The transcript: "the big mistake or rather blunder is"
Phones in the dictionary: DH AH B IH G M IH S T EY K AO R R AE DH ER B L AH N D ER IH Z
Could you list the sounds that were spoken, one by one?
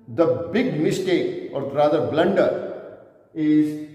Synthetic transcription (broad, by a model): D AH B IH G M IH S T EY K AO R R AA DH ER B L AH N D ER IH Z